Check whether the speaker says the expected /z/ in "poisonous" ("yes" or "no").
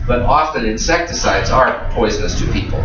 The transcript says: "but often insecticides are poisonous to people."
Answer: yes